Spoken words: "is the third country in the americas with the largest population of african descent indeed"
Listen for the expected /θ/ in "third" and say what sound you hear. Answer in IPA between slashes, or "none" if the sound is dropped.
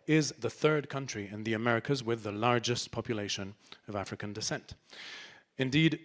/θ/